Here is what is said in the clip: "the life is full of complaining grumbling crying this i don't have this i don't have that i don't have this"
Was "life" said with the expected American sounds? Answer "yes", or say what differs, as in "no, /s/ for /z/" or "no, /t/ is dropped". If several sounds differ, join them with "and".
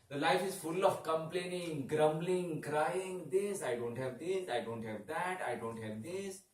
yes